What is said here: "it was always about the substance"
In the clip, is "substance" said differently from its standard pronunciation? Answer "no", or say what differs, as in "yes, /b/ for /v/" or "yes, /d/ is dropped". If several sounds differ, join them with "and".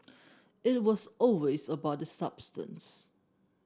no